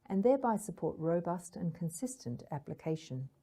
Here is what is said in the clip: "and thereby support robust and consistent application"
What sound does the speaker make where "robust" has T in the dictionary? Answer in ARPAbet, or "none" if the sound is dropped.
T